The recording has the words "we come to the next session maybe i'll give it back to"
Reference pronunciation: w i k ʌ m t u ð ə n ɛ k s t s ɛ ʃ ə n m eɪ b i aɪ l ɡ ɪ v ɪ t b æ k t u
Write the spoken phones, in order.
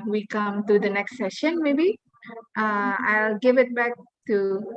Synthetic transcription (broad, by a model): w i k ʌ m t u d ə n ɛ k s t s ɛ ʃ ə n m eɪ b i aɪ l ɡ ɪ v ɪ t b æ k t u